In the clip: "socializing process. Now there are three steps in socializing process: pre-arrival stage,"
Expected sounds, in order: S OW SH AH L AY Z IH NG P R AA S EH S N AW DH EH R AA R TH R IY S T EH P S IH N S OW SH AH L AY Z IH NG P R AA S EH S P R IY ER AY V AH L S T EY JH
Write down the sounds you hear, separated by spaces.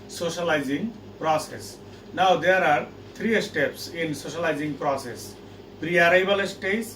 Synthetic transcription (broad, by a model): S OW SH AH L AY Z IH NG P R AA S EH S N AW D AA R AA R T R IY S T EH P S IH N S OW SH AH L AY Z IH NG P R AA S EH S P R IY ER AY B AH L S T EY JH